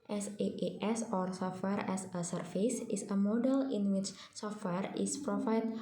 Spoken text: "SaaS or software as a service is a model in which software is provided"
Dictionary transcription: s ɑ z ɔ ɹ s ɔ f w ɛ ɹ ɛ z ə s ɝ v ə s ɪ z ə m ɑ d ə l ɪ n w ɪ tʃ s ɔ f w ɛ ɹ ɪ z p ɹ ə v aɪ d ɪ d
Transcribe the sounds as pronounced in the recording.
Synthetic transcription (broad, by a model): s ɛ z ɔ ɹ s ɔ f w ɛ ɹ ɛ s ə s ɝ f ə s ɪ s ə m ɑ d ə l ɪ n w ɪ tʃ s ɔ f w ɛ ɹ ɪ s p ɹ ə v aɪ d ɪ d